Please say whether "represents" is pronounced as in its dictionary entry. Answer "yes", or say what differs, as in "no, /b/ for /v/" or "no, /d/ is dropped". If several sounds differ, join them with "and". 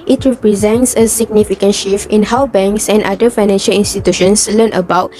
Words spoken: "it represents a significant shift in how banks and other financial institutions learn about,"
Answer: yes